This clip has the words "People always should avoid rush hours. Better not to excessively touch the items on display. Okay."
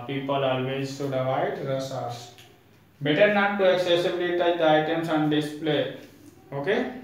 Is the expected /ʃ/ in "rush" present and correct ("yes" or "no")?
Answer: no